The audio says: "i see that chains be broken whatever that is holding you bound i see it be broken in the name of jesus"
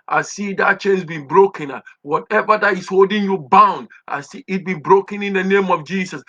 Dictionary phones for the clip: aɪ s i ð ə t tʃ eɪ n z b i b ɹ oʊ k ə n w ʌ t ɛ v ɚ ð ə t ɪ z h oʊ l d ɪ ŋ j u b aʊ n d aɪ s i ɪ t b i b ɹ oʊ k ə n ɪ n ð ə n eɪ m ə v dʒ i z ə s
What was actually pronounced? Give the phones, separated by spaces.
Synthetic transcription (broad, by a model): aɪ s i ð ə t tʃ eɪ n s b i b ɹ oʊ k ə n w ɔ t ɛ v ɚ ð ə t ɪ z h oʊ l d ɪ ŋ j u b aʊ n d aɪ s i ɪ t b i b ɹ oʊ k ə n ɪ n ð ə n eɪ m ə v dʒ i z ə s